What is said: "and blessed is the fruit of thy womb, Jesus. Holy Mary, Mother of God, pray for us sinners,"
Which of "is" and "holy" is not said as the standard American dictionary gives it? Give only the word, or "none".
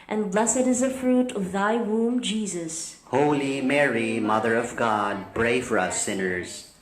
none